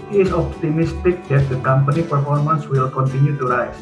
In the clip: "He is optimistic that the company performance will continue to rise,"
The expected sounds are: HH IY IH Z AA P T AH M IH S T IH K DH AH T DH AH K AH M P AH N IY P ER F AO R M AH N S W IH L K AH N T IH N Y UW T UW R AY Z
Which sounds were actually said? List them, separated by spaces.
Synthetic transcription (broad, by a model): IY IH S AA P T AH M IH S T IH K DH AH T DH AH K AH M P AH N IY P ER F AO R M AH N S W IH L K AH N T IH N Y UW T UW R AY